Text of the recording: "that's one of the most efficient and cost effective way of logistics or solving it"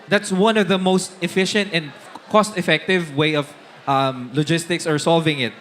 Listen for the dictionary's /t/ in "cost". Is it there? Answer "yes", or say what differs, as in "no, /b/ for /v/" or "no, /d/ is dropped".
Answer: yes